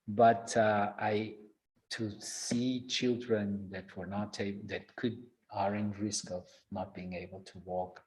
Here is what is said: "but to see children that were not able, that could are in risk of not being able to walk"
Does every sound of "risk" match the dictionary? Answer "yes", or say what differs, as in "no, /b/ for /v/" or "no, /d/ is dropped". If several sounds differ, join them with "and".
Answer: yes